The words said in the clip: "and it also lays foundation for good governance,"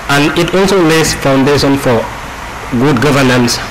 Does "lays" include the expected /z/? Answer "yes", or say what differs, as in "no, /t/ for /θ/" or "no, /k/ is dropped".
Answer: no, /s/ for /z/